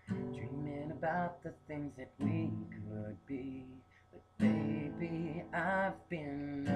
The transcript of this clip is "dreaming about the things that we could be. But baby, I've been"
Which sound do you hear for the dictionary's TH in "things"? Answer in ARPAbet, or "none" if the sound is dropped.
TH